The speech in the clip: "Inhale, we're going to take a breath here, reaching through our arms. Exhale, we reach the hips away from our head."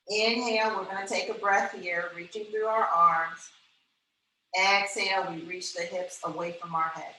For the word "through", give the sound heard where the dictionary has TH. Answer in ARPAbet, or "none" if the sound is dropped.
TH